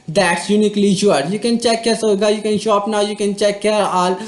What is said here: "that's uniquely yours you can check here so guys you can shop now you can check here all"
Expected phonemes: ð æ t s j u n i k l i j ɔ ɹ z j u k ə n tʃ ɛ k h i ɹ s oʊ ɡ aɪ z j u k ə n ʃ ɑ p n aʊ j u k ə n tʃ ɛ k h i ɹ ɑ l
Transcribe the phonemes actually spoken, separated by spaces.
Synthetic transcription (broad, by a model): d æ t s j u n i k l i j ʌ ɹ j u k ə n tʃ ɛ k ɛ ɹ s oʊ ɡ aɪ j u k ə n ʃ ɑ p n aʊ j u k ə n tʃ ɛ k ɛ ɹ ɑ l